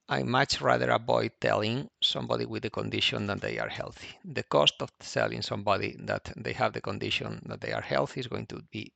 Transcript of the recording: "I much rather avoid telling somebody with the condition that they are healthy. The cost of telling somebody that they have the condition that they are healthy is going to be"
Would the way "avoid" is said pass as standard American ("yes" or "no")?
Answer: no